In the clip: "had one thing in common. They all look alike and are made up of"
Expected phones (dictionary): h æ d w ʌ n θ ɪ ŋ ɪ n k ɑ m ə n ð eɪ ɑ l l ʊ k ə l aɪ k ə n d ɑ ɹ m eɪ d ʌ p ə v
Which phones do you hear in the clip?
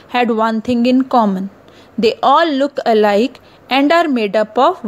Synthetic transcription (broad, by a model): h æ d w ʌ n t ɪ ŋ ɪ n k ɑ m ə n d eɪ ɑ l l ʊ k ə l aɪ k ə n d ɑ ɹ m eɪ d ʌ p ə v